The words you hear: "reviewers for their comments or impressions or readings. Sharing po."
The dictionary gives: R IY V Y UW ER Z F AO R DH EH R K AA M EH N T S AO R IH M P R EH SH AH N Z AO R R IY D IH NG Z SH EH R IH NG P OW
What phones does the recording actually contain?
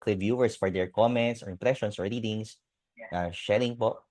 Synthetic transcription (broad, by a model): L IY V Y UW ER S F AO R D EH R K AA M EH N T S AO R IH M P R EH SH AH N S AO R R IY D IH NG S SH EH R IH NG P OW